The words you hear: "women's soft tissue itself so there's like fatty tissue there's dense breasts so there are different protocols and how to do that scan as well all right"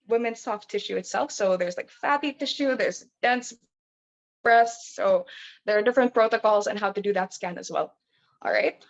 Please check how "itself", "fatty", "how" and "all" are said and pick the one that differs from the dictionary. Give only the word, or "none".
none